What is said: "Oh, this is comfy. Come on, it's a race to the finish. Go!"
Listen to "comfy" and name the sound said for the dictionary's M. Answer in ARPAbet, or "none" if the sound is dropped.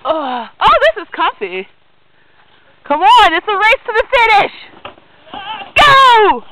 none